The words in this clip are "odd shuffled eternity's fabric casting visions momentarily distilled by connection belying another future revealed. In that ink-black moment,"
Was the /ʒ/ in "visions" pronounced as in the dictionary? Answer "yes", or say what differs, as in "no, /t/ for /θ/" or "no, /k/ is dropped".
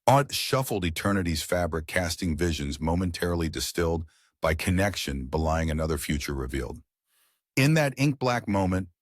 yes